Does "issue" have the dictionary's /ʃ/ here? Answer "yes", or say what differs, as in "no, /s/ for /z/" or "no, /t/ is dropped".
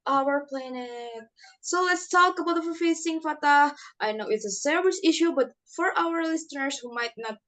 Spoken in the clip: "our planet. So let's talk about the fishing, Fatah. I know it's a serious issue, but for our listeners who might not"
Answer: yes